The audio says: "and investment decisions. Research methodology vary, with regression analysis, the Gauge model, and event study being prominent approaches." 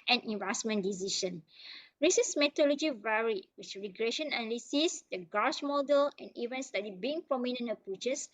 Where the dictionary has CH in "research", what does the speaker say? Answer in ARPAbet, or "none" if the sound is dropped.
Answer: S